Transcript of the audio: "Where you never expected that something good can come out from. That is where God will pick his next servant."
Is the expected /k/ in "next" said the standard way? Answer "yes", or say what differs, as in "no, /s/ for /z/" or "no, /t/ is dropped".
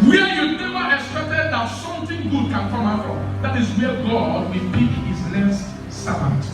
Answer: no, /k/ is dropped